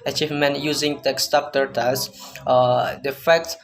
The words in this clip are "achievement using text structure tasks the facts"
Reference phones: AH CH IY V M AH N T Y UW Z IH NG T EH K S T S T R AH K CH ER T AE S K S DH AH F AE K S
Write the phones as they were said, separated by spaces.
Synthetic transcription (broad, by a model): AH CH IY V M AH N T Y UW Z IH NG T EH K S S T AH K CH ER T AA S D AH F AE K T